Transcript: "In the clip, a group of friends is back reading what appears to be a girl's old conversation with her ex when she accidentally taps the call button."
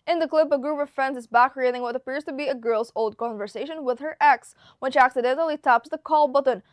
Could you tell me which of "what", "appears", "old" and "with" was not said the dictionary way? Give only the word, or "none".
none